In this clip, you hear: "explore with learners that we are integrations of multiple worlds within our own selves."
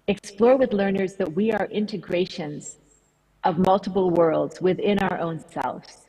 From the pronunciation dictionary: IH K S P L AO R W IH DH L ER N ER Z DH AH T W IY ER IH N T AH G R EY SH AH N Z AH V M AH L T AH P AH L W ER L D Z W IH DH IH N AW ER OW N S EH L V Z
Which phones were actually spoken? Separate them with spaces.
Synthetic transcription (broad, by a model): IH K S P L AO R W IH DH L ER N ER Z DH AH T W IY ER IH N T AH G R EY SH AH N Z AH V M AH L T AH P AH L W ER L D Z W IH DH IH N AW ER OW N S EH L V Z